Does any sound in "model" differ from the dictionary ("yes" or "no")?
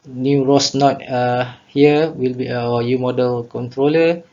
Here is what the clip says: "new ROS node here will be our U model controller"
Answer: no